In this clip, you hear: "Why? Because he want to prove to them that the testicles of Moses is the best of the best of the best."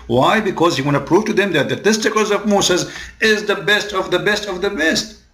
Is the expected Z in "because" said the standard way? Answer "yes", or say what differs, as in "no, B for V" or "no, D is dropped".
yes